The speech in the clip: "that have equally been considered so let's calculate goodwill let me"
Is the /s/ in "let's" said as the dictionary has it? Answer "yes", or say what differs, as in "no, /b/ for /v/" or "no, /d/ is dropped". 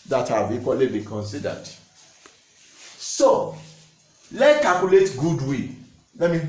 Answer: no, /s/ is dropped